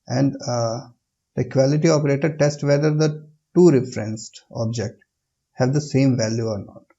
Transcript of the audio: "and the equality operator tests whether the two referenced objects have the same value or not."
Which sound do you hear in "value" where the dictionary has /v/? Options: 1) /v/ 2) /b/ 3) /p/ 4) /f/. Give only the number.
1